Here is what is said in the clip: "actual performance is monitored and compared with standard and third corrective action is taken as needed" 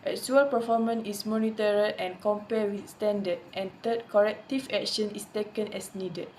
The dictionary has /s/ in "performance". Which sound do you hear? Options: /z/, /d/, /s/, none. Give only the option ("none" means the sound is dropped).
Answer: none